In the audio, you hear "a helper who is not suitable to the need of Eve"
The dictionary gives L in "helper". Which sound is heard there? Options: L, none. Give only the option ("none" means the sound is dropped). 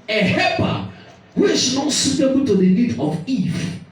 none